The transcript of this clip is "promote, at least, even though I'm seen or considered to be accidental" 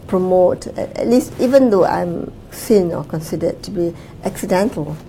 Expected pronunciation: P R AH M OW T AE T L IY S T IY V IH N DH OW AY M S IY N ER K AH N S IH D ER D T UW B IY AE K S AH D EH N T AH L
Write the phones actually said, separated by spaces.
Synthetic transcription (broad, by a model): P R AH M OW T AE T L IY S T IY V IH N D OW AY M S IY N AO K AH N S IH D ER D T UW B IY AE K S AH D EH N T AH L